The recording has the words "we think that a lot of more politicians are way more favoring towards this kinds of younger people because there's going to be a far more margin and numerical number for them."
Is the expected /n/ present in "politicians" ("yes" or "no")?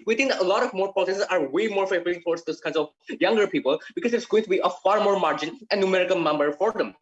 no